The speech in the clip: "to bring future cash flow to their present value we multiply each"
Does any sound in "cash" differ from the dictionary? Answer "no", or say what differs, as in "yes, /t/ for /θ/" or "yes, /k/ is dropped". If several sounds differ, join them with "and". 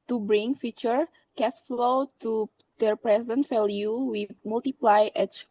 yes, /s/ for /ʃ/